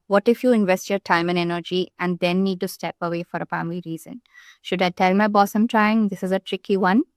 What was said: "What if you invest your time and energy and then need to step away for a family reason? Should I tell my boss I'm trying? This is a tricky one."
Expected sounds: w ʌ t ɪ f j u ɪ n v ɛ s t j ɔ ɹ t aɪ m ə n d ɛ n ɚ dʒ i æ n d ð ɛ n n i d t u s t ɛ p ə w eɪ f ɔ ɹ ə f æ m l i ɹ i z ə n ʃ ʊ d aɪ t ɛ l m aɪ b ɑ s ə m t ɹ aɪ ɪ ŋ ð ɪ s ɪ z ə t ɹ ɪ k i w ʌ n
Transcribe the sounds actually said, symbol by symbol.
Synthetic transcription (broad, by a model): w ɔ t ɪ f j u ɪ n v ɛ s t j ɔ ɹ t aɪ m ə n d ɛ n ɚ dʒ i æ n d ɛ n n i d t u s t ɛ p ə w eɪ f ɔ ɹ ə p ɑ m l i ɹ i z ə n ʃ ʊ d aɪ t ɛ l m aɪ b ɑ s ə m t ɹ aɪ ɪ ŋ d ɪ s ɪ z ə t ɹ ɪ k i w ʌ n